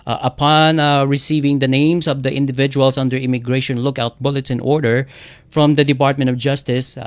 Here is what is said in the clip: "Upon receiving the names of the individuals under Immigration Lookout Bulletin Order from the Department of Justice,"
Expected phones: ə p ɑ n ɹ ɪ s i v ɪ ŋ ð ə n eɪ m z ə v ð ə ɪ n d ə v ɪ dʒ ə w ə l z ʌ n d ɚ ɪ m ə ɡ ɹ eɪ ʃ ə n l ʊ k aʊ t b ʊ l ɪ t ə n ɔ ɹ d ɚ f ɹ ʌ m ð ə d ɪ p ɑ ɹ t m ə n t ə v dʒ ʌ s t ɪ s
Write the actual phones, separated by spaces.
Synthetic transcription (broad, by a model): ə p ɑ n ɹ ɪ s i v ɪ ŋ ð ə n eɪ m s ə v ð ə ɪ n d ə v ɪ dʒ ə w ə l s ʌ n d ɚ ɪ m ə ɡ ɹ eɪ ʃ ə n l ʊ k aʊ t b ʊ l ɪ t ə n ɔ ɹ d ɚ f ɹ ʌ m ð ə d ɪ p ɑ ɹ t m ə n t ə v dʒ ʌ s t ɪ s